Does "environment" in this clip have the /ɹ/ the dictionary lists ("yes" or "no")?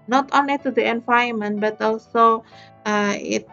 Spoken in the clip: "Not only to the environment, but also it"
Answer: no